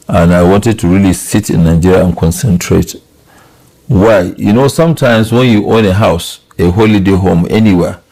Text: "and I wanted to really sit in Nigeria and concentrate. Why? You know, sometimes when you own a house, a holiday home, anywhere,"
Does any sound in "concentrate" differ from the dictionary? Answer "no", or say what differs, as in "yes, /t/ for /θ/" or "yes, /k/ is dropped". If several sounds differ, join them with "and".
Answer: no